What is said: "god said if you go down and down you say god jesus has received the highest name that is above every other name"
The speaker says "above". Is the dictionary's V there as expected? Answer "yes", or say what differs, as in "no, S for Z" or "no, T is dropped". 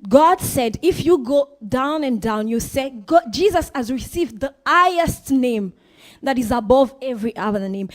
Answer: yes